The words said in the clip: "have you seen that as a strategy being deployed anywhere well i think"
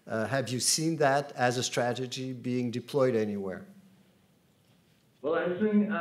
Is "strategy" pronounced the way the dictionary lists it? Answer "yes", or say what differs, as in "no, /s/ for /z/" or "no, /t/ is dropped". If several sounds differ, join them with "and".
yes